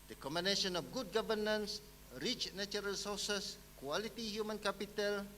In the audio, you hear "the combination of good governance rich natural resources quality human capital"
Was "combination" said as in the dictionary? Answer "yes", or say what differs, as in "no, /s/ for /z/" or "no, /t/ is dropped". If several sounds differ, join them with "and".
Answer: no, /b/ is dropped